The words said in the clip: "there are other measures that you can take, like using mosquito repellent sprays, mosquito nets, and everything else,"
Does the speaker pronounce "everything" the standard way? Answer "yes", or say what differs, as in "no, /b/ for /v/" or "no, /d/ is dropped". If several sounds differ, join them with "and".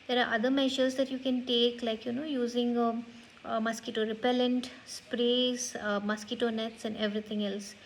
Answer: no, /t/ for /θ/